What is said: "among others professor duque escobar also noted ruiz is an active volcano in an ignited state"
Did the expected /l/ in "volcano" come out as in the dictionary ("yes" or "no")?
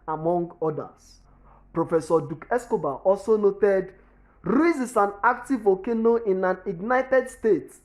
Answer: no